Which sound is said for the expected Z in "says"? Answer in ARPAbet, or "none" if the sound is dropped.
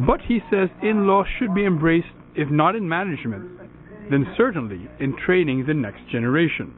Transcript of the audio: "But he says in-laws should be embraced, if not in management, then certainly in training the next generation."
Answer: Z